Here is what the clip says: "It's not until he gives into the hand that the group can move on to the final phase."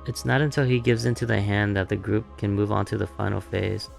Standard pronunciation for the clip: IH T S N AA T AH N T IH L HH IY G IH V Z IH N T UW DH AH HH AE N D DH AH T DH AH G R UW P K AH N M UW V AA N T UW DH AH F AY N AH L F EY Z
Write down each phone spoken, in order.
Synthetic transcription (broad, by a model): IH T S N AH T AH N T IH L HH IY G IH V Z IH N T UW DH AH HH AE N DH AH T DH AH G R UW P K AH N M UW V AA N T UW DH AH F AY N L F EY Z